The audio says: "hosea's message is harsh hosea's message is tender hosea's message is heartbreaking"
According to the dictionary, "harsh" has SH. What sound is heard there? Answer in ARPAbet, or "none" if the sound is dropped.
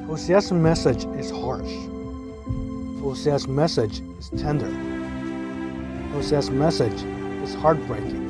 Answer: SH